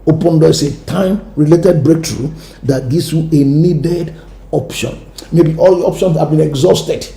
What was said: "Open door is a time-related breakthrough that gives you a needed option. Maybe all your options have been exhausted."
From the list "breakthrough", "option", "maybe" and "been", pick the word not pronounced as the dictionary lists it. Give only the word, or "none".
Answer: breakthrough